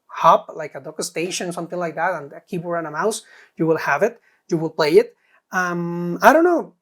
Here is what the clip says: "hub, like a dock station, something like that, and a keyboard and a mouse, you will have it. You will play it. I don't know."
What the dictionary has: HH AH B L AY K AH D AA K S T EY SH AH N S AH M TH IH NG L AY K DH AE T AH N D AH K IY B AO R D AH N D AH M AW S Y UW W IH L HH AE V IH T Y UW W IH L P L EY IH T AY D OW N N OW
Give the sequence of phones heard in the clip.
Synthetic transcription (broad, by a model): HH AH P L AY K AH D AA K S T EY SH AH N S AH M TH IH NG L AY K DH AE T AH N AH K IY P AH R AH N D AH M AW S Y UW W IH L HH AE V IH T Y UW W IH L P L EY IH T AY D OW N N OW